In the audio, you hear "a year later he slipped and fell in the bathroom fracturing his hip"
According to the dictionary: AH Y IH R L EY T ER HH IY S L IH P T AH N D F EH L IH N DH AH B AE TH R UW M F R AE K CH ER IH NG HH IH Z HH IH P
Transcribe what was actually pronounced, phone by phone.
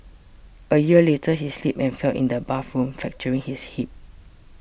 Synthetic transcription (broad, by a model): AH Y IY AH L EY T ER HH IY S L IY P AH N F EH L IH N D AH B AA F R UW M F EH K CH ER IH NG HH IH S HH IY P